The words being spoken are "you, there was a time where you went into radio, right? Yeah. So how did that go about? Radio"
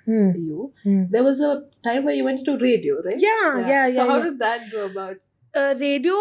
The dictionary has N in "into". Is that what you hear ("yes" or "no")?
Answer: no